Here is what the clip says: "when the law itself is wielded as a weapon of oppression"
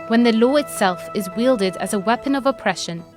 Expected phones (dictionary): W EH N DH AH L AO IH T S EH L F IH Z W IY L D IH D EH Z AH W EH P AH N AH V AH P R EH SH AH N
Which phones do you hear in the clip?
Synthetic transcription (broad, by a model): W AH N DH AH L AO IH T S EH L F IH Z W IY L D IH D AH Z AH W EH P AH N AH V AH P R EH SH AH N